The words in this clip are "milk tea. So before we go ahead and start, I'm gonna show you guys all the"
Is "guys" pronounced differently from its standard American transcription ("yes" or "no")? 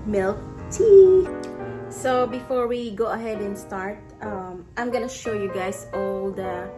yes